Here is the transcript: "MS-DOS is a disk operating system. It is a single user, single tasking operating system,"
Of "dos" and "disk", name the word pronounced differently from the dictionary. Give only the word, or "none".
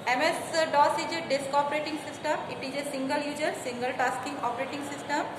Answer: none